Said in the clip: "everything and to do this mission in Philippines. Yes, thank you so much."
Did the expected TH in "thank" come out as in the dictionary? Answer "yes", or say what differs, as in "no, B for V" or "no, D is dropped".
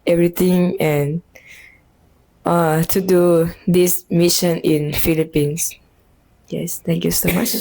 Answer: no, T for TH